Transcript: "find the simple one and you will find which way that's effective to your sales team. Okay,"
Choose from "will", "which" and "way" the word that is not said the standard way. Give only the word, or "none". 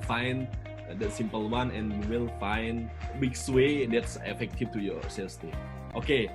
which